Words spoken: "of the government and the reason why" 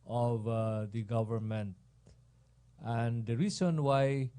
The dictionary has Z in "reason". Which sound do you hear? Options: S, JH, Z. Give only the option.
S